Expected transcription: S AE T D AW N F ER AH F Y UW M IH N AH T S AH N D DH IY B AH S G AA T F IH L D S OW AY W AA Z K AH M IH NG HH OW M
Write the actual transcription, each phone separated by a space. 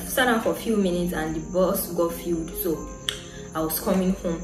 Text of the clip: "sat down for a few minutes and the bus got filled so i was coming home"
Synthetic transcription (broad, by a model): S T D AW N F AH F Y UW M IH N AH T S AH N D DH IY B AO S G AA F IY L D S OW AY W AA S K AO M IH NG HH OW M